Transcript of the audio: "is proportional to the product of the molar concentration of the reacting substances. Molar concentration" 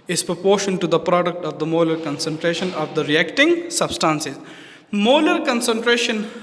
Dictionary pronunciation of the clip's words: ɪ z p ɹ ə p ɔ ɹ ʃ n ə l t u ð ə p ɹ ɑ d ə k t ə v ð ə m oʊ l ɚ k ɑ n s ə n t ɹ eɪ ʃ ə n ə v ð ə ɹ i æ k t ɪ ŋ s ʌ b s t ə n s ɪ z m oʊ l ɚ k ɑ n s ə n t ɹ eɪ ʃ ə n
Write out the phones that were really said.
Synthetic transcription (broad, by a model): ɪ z p ɹ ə p ɔ ɹ ʃ ə n t u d ə p ɹ ɑ d ə k t ə v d ə m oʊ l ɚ k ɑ n s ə n t ɹ eɪ ʃ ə n ə v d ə ɹ i æ k t ɪ ŋ s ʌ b s t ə n s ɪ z m oʊ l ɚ k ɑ n s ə n t ɹ eɪ ʃ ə n